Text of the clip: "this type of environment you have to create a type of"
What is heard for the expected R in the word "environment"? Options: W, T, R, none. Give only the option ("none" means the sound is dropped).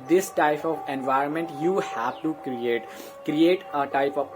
R